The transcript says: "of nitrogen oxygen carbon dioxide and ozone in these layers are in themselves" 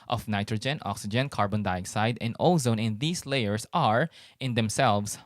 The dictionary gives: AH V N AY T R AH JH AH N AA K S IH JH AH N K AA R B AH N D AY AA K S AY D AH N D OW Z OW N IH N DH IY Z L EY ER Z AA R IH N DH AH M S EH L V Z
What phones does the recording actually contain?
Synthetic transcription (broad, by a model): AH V N AY T R AH JH AH N AA K S IH JH AH N K AA R B AH N D AY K S AY D AH N D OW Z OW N IH N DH IY S L EY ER S AA R IH N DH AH M S EH L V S